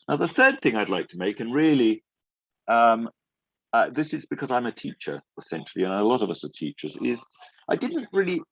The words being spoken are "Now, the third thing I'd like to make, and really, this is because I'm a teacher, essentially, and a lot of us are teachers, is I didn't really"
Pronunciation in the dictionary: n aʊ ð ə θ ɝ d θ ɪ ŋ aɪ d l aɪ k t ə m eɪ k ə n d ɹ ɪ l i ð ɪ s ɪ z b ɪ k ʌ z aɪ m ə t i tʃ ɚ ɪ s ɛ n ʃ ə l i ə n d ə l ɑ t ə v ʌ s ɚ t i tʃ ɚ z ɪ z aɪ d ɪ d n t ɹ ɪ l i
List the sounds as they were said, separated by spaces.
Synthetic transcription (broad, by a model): n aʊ ð ə θ ɝ d θ ɪ ŋ aɪ d l aɪ k t ə m eɪ k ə n ɹ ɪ l i ð ɪ s ɪ z b ɪ k ʌ z aɪ m ə t i tʃ ɚ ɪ s ɛ n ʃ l i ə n ə l ɑ t ə v ʌ s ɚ t i tʃ ɚ z ɪ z aɪ d ɪ d n t ɹ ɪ l i